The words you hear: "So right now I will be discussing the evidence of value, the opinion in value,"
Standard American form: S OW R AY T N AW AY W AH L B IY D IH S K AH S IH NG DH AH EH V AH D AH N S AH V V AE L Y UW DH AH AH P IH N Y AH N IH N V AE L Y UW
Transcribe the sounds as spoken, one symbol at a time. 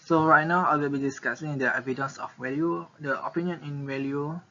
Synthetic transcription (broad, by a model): S OW R AY T N AW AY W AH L B IY D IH S K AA S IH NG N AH EH V AH D AH N S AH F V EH L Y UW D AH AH P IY N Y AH N IH N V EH L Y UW